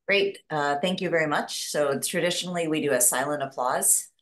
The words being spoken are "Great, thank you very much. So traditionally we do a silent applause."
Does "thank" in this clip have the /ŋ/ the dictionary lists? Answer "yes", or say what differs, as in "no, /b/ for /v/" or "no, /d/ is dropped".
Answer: yes